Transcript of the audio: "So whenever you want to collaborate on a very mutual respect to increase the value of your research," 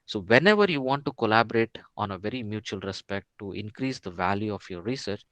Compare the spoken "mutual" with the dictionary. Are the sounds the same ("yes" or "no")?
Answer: yes